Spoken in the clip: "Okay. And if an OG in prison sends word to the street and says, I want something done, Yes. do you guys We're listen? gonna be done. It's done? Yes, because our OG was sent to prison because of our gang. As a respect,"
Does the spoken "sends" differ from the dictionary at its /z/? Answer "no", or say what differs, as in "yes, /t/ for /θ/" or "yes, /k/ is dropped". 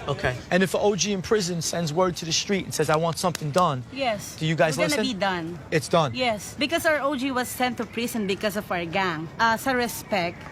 no